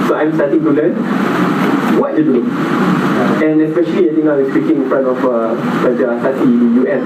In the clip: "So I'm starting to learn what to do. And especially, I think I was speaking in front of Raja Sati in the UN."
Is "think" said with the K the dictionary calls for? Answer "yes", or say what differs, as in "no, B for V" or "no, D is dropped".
no, K is dropped